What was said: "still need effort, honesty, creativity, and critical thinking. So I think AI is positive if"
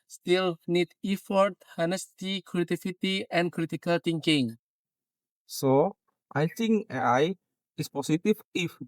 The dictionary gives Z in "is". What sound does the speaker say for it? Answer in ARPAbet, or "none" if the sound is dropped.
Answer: S